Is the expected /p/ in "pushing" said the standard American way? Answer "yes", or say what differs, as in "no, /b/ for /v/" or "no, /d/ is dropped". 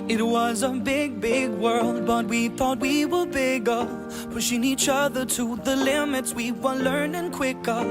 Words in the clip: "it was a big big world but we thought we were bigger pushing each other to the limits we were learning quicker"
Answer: no, /f/ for /p/